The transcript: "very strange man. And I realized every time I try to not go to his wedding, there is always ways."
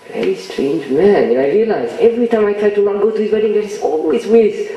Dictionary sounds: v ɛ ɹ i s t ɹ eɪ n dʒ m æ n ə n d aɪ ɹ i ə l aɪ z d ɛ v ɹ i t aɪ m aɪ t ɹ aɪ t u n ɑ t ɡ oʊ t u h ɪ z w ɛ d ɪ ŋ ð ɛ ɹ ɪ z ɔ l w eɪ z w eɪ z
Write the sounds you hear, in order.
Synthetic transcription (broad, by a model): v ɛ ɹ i s t ɹ eɪ n dʒ m æ n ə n aɪ ɹ i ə l aɪ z ɛ v ɹ i t aɪ m aɪ t ɹ aɪ t u l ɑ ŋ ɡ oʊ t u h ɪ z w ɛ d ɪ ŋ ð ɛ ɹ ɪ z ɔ l w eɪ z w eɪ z